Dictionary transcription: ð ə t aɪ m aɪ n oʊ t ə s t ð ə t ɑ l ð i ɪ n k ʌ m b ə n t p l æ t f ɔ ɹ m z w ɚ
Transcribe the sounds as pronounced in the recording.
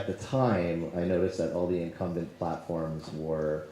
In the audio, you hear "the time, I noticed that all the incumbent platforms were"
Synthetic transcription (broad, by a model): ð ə t aɪ m aɪ n oʊ t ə s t ð ə t ɑ l ð i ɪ n k ʌ m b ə n p l æ t f ɔ ɹ m z w ɚ